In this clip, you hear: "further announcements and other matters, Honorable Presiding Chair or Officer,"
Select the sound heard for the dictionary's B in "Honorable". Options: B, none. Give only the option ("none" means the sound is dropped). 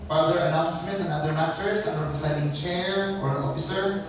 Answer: none